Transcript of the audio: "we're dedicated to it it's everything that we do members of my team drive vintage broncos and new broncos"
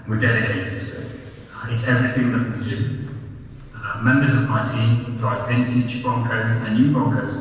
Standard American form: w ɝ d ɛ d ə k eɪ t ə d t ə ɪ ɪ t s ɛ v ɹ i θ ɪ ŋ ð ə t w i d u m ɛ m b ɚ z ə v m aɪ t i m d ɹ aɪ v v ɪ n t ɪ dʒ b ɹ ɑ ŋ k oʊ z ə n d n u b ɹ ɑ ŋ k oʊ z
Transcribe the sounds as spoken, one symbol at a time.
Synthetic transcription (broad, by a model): w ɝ d ɛ d ə k eɪ t ə d t ə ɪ ɪ t s ɛ v ɹ i θ ɪ ŋ ð ə t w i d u m ɛ m b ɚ z ə v m aɪ t i m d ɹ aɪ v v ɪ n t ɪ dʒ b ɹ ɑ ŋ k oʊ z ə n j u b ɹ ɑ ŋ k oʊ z